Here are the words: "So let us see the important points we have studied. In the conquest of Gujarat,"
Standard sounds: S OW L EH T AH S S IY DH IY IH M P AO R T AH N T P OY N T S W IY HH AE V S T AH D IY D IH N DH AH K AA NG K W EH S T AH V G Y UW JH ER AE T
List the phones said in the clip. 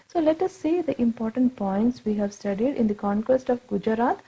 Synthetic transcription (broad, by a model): S OW L EH T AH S S IY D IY IH M P AO R T AH N T P OY N T S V IY HH AE V S T AH D IY D IH N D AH K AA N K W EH S T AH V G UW JH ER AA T